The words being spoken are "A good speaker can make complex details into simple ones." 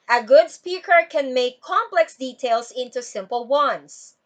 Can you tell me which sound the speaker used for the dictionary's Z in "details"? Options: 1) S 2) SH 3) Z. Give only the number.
1